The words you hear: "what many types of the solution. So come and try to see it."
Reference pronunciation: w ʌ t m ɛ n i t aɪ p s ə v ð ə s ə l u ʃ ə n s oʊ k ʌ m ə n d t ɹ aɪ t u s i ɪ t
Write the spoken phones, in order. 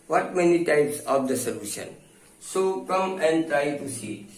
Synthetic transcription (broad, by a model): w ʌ t m ɛ n i t aɪ p s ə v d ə s ə l u ʃ ə n s oʊ k ʌ m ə n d t ɹ aɪ t u s i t